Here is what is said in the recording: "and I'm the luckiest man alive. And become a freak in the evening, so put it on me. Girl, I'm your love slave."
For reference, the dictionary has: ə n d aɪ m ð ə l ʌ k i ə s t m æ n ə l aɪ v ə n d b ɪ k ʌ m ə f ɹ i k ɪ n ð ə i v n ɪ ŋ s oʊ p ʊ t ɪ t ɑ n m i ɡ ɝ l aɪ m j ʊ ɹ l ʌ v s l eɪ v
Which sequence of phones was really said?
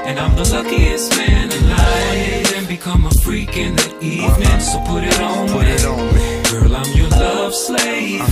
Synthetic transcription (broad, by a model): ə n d aɪ m ð ə l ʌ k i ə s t m æ n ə n aɪ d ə n b ɪ k ʌ m ə f ɹ i k ɪ n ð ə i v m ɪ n s oʊ p ʊ t ɪ t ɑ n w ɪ ɡ ɝ l aɪ m j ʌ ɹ l ʌ v s l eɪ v